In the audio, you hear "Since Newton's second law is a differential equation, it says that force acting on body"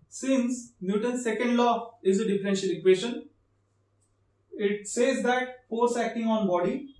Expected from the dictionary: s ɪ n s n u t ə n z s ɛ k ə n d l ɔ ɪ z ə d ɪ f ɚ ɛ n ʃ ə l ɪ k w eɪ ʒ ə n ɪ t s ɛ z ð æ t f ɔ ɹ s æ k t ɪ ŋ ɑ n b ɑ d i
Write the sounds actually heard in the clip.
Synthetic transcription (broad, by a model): s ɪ n s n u t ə n s ɛ k ə n d l ɔ ɪ z ə d ɪ f ɚ ɛ n ʃ ə l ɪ k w eɪ ʃ ə n ɪ t s ɛ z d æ t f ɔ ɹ s æ k t ɪ ŋ ɑ n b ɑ d i